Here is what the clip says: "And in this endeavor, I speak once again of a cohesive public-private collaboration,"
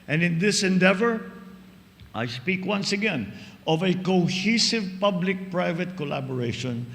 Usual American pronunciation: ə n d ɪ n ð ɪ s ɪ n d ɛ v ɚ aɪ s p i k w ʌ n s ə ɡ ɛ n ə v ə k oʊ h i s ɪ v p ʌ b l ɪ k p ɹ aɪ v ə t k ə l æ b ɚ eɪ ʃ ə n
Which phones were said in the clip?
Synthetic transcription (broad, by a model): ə n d ɪ n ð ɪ s ɪ n d ɛ v ɚ aɪ s p i k w ʌ n s ə ɡ ɛ n ə v ə k oʊ h i s ɪ v p ʌ b l ɪ k p ɹ aɪ v ə t k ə l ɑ b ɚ eɪ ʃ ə n